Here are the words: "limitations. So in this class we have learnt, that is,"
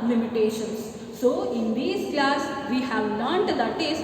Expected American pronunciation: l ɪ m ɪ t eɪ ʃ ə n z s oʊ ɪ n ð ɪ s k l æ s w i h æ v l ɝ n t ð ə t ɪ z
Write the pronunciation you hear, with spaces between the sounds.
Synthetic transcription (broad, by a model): l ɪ m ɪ t eɪ ʃ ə n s s oʊ ɪ n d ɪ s k l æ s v i h æ v n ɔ t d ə t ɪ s